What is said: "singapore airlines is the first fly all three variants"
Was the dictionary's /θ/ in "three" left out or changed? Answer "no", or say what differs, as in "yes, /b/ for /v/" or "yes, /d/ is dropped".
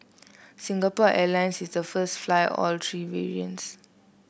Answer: yes, /t/ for /θ/